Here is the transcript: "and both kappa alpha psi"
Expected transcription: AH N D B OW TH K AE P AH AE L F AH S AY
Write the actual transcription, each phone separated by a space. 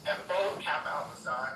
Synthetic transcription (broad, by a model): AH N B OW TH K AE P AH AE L AH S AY